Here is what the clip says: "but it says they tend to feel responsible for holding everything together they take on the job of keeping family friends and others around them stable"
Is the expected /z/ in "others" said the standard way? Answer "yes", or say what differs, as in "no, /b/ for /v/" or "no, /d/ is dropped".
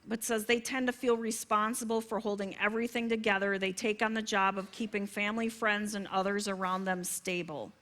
yes